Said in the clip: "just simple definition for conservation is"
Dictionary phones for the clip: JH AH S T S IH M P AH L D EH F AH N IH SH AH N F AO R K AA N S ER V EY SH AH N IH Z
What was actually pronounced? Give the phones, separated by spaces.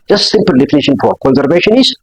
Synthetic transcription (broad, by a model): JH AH S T S IH M P AH L D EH F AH N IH SH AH N F AO R K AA N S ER V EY SH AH N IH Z